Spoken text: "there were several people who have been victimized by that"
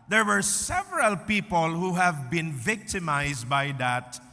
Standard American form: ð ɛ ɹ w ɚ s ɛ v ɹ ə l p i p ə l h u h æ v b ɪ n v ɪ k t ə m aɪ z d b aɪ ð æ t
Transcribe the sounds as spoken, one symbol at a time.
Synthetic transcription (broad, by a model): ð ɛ ɹ w ɚ s ɛ v ɹ ə l p i p ə l h u h æ v b ɪ n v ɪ k t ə m aɪ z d b aɪ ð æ t